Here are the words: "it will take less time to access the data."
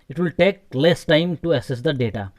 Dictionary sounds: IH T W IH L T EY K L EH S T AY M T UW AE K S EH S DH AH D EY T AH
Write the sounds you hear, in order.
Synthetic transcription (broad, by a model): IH T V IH L T EY K L EH S T AY M T UW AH S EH S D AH D EY T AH